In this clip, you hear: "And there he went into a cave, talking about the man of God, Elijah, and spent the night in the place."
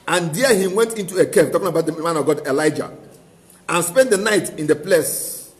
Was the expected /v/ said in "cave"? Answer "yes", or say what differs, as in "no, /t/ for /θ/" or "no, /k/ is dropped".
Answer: no, /p/ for /v/